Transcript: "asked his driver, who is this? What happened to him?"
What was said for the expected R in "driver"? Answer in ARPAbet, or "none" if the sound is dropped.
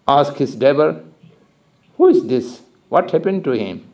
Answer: none